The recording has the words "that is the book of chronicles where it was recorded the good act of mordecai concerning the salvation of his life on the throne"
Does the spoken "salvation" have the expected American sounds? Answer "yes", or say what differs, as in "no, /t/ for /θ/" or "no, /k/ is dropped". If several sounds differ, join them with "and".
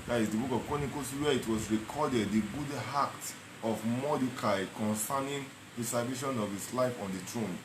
no, /l/ is dropped